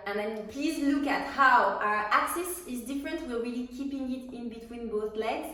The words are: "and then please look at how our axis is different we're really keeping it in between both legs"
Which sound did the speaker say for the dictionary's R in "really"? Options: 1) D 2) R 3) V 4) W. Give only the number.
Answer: 4